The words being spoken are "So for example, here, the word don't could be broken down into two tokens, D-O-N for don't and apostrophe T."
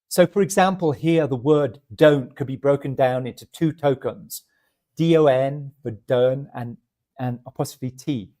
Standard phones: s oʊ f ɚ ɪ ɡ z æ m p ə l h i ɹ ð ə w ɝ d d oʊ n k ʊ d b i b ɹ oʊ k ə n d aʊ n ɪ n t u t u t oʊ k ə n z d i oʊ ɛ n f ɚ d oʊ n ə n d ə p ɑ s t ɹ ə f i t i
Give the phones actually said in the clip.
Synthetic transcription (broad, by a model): s oʊ f ɚ ɪ ɡ z æ m p ə l h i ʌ ð ə w ɝ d d oʊ n k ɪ d b i b ɹ oʊ k ə n d aʊ n ɪ n t u t u t oʊ k ə n z d i oʊ ɛ n f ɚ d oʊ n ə n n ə p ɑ s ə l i t i